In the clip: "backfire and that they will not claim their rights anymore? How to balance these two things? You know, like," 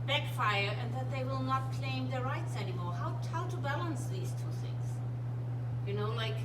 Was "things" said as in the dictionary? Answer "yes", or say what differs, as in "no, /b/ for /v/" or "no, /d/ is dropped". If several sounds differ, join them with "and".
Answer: yes